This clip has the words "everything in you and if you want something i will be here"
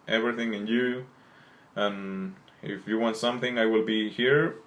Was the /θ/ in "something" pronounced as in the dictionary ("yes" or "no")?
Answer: yes